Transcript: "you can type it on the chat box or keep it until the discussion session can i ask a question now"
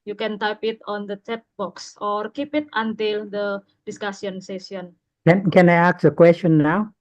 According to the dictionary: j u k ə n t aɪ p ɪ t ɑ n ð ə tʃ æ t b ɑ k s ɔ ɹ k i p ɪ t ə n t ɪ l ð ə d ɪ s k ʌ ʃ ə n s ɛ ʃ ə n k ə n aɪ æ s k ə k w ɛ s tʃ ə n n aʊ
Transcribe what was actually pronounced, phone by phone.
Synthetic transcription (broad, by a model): j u k ə n t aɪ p ɪ t ɑ n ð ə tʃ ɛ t b ɑ k s ɔ ɹ k i p ɪ t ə n t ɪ l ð ə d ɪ s k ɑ s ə n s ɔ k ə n k ə n aɪ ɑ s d ə k w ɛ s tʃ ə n n aʊ